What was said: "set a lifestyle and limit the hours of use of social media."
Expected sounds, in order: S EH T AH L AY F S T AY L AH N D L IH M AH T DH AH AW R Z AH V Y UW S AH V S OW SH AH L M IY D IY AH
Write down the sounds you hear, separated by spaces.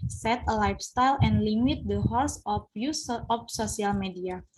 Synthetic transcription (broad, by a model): S EH T AH L AY F S T AY L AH N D L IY M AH T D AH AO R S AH F Y UW S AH F S OW S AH L M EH D IY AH